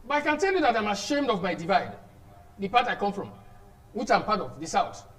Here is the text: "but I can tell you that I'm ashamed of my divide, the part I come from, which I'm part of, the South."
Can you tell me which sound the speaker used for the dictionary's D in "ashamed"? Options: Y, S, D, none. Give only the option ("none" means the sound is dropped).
D